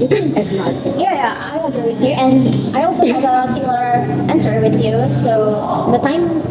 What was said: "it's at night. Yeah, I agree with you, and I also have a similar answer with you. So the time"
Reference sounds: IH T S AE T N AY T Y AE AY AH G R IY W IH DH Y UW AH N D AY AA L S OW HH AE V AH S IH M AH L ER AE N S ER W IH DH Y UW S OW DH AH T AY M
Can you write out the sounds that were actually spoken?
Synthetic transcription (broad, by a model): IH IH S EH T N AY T Y AE AY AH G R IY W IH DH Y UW AH N D AY AA L S OW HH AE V AH S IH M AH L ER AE N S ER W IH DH Y UW S OW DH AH T AY M